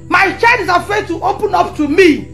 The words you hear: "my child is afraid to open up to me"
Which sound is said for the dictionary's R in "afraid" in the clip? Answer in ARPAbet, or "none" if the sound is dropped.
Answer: none